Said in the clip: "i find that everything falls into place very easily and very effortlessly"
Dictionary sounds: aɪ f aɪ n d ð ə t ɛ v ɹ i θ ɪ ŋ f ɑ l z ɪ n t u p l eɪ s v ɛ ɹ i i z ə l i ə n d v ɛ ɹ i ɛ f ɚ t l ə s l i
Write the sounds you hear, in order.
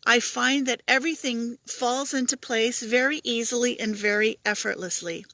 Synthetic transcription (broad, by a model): aɪ f aɪ n ð ə t ɛ v ɹ i θ ɪ ŋ f ɑ l z ɪ n t u p l eɪ s v ɛ ɹ i i z l i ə n v ɛ ɹ i ɛ f ɚ t l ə s l i